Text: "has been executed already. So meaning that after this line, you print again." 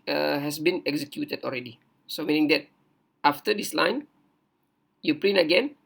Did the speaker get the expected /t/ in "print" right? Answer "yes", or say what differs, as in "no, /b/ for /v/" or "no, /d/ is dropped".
no, /t/ is dropped